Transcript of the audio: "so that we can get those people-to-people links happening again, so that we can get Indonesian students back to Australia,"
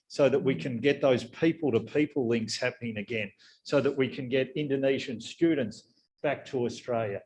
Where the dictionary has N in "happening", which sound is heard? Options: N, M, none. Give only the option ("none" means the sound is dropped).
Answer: N